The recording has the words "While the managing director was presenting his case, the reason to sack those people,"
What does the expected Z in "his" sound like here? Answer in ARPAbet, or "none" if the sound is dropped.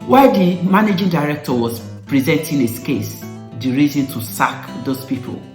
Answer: S